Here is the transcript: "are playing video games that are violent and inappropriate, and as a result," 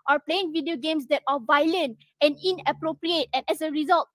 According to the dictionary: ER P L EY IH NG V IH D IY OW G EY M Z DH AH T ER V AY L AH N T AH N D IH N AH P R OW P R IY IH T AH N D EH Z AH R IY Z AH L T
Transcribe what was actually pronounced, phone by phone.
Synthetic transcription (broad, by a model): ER P L EY IH NG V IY D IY OW G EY M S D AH T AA V AY L AH N T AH N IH N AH P R OW P R IY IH T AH N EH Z AH R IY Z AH L T